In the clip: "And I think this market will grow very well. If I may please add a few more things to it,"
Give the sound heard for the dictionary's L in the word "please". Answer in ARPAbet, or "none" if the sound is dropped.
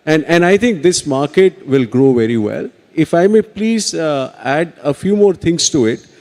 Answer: L